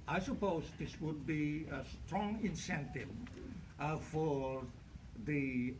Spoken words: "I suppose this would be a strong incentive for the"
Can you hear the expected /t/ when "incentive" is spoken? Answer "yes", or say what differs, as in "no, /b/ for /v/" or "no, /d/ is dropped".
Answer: yes